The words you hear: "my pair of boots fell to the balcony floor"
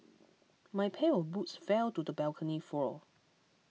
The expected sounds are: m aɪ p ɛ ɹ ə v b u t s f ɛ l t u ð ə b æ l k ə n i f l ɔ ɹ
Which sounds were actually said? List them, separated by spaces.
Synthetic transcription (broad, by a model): m aɪ p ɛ l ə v b u t s f ɛ l t u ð ə b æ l k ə n i f ɔ l